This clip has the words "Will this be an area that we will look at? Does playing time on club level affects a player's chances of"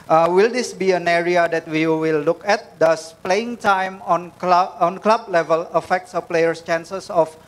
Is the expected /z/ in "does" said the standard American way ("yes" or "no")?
no